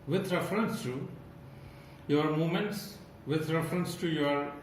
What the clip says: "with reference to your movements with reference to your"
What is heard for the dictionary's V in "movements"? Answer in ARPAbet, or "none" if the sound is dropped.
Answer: none